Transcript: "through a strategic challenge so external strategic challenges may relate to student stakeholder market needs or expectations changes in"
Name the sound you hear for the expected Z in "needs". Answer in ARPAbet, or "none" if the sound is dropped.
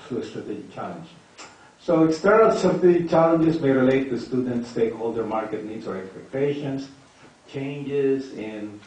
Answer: S